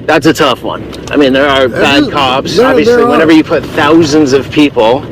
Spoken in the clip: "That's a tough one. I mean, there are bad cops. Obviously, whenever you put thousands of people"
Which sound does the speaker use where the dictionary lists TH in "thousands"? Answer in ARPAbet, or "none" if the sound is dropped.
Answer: TH